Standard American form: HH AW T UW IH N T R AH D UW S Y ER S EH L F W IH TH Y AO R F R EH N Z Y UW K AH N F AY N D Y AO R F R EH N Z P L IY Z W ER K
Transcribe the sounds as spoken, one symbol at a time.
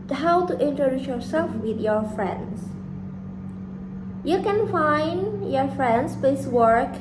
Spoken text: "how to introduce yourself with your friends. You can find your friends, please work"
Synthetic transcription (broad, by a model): HH AW T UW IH N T R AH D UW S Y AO S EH L F W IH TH Y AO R F R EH N S Y UW K AH N F AY N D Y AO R F R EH N S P EH S W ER K